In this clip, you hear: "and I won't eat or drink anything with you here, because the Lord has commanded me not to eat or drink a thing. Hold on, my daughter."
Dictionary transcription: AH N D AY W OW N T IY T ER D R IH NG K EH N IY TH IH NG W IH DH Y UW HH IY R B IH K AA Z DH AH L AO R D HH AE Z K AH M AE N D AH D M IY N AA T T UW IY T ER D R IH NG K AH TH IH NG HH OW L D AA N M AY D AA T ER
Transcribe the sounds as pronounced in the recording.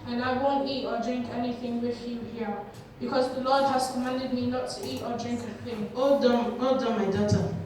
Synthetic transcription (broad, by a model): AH N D AY W OW N T IY T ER D R IH NG K EH N IY TH IH NG W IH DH Y UW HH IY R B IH K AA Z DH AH L AO D HH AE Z K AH M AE N D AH D M IY N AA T T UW IY T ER D R IH NG K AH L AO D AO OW D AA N M AY D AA T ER